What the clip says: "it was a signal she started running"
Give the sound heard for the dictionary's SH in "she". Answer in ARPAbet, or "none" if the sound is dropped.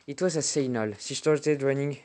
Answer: S